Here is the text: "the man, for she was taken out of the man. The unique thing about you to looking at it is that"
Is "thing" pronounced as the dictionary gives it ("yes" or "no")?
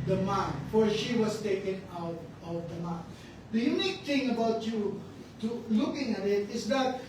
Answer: no